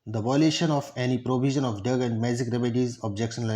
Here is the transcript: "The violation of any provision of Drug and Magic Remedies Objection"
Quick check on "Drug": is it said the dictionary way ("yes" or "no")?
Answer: no